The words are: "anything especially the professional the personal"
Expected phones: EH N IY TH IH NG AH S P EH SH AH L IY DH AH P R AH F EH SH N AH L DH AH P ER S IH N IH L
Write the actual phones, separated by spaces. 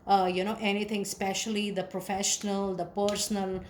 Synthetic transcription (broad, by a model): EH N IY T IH NG S P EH SH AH L IY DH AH P R AH F EH SH N AH L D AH P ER S N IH L